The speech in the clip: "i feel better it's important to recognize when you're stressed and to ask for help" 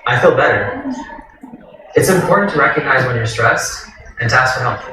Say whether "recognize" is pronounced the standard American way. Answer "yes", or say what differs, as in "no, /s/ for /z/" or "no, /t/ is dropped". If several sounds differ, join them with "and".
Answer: yes